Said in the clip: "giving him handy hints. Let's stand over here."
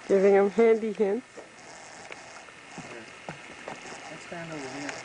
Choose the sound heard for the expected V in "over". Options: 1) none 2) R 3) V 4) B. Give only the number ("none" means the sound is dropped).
1